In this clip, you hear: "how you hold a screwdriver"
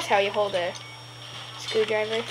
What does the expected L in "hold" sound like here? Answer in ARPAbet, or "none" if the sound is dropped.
L